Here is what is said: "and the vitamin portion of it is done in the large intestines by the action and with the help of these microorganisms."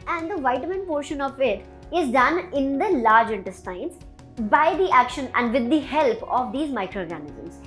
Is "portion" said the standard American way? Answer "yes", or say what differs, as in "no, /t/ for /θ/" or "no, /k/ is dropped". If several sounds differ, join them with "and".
yes